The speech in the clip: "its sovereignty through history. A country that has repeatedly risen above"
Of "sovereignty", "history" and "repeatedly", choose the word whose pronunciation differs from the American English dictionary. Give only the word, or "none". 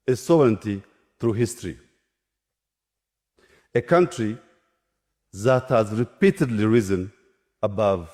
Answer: none